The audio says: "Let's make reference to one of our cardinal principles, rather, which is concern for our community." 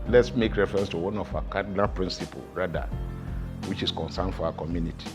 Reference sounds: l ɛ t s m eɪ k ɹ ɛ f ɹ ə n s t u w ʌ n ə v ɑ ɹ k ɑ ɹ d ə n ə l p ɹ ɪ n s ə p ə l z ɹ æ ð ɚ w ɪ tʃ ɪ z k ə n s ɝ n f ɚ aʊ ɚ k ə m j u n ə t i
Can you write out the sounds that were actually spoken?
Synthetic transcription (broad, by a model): l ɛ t s m eɪ k ɹ ɛ f ɹ ə n s t u w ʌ n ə f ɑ k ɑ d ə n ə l p ɹ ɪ n s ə p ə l ɹ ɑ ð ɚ w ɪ tʃ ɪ s k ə n s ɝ n f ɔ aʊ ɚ k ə m j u n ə t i